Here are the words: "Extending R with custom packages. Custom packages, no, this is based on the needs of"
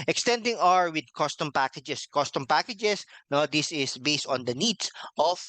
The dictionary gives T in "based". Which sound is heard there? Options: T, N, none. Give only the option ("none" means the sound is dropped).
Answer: T